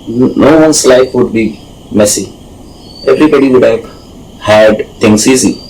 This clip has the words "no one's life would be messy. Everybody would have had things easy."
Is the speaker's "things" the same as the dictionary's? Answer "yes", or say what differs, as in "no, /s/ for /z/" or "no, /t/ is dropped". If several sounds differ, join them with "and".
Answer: no, /t/ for /θ/ and /s/ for /z/